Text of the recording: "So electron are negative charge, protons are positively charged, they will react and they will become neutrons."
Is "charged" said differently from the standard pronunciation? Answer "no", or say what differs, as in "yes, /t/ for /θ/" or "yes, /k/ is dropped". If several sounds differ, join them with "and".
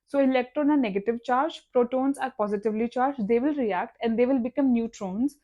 no